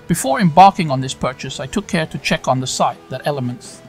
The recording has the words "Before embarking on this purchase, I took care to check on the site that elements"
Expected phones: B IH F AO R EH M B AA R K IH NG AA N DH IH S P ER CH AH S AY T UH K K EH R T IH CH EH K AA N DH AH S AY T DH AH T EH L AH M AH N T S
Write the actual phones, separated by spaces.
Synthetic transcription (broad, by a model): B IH F AO R EH M B AA R K IH NG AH N DH IH S P ER CH AH S AY T UH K K EH R T IH CH EH K N DH AH S AY T DH AH T EH L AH M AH N T S